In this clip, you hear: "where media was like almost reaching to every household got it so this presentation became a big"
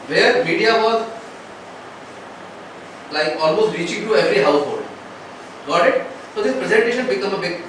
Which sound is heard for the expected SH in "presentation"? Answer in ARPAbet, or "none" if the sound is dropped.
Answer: SH